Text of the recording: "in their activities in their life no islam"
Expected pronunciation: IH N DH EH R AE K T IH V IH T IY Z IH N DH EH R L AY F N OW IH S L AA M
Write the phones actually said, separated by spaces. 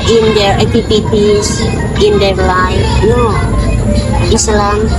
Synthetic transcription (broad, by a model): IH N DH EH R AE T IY P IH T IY S IH N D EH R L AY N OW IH S L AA M